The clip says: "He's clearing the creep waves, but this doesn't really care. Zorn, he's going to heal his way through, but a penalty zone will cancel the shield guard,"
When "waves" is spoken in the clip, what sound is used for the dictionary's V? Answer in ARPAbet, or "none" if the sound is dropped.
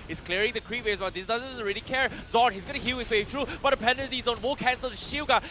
none